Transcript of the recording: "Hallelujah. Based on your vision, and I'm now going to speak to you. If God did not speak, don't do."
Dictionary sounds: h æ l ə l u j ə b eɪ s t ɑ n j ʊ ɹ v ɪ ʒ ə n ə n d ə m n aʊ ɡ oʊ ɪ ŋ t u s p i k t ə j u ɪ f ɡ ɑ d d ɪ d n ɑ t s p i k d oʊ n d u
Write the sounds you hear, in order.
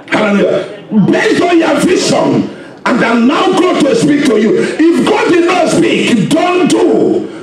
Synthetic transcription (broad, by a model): h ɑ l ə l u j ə b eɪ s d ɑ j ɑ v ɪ s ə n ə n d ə n aʊ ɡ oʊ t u s p i k t ə j u ɪ f ɡ ɑ d d ɪ d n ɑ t s p i k d oʊ n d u